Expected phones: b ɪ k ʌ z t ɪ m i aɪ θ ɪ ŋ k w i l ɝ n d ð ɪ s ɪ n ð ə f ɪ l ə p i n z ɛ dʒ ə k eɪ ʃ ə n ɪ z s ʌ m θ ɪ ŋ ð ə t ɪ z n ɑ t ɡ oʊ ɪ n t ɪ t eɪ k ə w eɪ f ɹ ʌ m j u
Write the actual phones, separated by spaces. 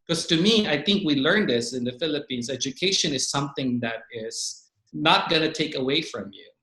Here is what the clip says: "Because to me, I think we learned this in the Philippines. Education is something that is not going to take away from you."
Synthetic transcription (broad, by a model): k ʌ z t ɪ m i aɪ θ ɪ ŋ k w i l ɝ n ð ɪ s ɪ n ð ə f ɪ l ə p i n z ɛ dʒ ə k eɪ ʃ ə n ɪ z s ʌ m θ ɪ ŋ ð ə t ɪ z n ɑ t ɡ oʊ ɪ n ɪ t eɪ k ə w eɪ f ɹ ʌ m j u